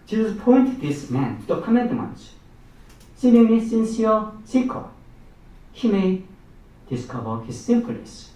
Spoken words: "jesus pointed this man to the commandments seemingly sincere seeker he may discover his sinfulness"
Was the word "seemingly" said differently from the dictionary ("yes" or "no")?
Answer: yes